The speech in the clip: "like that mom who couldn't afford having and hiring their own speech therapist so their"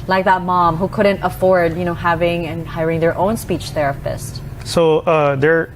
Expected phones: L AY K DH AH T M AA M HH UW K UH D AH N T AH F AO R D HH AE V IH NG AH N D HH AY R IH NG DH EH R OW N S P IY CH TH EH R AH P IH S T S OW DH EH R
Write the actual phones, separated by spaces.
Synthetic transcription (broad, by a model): L AY K DH AH T M AA M HH UW K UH D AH N T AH F AO R D HH AE V IH NG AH N HH AY R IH NG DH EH R OW N S P IY CH TH EH R AH P IH S T S OW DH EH R